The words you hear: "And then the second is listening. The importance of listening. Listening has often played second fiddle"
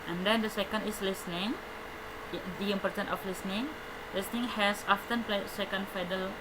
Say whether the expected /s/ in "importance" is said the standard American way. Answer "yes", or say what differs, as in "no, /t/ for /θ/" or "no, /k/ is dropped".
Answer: no, /s/ is dropped